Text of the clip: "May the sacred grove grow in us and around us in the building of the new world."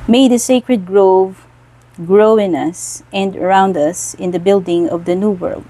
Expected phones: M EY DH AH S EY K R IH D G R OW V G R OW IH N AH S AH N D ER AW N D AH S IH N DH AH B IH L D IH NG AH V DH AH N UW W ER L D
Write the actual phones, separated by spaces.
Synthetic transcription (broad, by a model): M EY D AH S EY K R IH D G R OW V G R OW IH N AH S AH N D ER AW N D AH S IH N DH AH B IH L D IH NG AH V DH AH N UW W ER L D